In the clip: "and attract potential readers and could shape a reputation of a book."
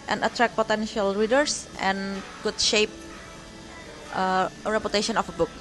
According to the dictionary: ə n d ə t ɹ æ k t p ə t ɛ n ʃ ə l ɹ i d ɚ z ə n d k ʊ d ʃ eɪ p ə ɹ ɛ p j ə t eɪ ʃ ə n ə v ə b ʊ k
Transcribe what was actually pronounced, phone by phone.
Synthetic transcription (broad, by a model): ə n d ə t ɹ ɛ k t p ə t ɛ n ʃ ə l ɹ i d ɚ s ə n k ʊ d ʃ eɪ p ə ɹ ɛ p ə t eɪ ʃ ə n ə f ə b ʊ k